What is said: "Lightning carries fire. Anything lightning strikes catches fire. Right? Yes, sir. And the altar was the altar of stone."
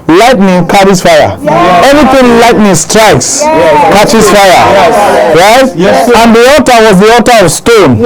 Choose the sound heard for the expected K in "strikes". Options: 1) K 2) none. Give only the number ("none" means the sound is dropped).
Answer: 1